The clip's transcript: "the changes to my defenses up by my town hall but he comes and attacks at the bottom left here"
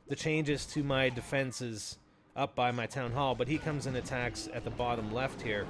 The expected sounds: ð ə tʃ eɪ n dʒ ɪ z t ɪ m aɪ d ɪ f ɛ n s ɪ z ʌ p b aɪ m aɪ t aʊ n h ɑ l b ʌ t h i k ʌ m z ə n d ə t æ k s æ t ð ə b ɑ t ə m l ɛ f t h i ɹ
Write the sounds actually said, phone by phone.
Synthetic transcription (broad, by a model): ð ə tʃ eɪ n dʒ ɪ z t ɪ m aɪ d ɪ f ɛ n s ɪ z ʌ p b aɪ m aɪ t aʊ n h ɑ l b ʌ t h i k ʌ m z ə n ə t æ k s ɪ t ð ə b ɑ t ə m l ɛ f t h i ɹ